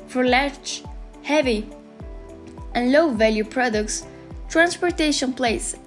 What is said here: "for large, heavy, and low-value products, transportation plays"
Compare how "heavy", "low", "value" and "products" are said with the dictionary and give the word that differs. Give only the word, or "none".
none